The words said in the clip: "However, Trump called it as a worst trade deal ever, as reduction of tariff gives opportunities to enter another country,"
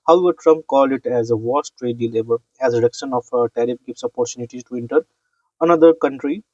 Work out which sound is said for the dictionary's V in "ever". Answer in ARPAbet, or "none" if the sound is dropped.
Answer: B